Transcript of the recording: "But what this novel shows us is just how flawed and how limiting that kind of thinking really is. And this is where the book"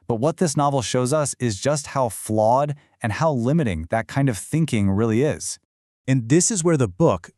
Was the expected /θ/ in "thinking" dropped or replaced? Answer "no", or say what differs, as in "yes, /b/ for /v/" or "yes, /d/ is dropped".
no